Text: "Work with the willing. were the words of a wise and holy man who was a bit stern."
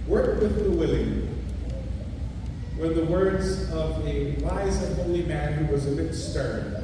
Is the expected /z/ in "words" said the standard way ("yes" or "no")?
yes